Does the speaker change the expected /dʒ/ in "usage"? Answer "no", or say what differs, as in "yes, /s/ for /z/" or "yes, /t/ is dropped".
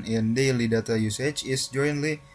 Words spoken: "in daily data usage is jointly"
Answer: yes, /tʃ/ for /dʒ/